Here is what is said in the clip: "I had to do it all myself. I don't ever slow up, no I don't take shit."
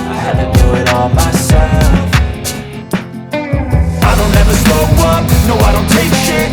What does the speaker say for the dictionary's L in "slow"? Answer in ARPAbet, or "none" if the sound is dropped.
none